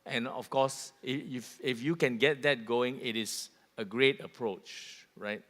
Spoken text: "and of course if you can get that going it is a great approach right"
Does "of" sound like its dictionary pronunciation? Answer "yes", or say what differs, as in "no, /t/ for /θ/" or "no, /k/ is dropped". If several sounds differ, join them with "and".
no, /f/ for /v/